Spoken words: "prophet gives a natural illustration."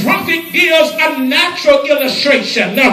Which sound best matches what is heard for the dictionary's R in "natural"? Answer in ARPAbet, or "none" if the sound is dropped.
R